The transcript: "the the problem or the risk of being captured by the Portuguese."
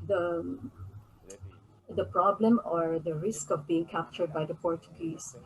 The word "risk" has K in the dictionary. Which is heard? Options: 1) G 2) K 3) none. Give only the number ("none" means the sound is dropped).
2